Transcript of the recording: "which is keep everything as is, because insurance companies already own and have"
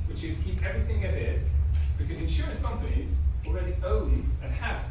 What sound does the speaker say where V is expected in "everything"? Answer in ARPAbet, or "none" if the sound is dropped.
V